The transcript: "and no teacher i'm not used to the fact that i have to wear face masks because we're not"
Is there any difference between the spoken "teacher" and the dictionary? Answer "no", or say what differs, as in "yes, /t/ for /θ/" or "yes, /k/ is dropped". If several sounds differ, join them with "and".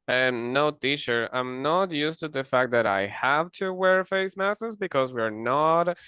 yes, /ʃ/ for /tʃ/